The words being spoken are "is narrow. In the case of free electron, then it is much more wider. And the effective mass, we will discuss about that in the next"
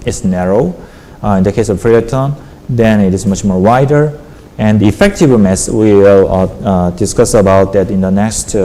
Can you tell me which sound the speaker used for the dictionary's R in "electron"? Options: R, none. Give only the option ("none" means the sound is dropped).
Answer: none